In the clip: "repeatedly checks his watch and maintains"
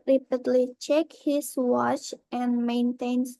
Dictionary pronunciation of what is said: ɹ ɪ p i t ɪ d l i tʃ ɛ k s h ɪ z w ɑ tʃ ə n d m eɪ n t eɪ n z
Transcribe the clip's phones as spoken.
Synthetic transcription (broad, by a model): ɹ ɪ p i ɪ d l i tʃ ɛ k h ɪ s w ɑ tʃ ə n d m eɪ n t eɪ n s